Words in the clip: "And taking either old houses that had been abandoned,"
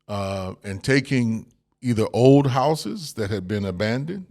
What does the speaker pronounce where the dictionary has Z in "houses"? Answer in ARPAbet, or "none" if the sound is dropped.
Z